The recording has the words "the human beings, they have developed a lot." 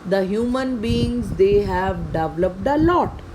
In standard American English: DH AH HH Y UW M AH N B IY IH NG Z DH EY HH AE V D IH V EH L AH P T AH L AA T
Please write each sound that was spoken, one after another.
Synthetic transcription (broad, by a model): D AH HH Y UW M AH N B IY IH NG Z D EY HH AE V D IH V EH L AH P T AH L AA T